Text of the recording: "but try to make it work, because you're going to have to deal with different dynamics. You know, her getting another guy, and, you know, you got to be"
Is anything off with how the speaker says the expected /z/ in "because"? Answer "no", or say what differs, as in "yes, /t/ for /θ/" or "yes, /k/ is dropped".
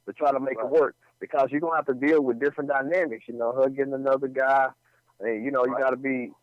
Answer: no